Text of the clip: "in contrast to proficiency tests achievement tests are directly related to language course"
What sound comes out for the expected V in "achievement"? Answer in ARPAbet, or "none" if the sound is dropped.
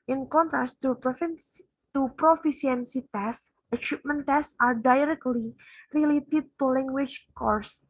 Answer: P